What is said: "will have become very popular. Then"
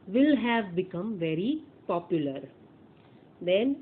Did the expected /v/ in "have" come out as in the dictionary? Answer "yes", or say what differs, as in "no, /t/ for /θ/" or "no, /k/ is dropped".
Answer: yes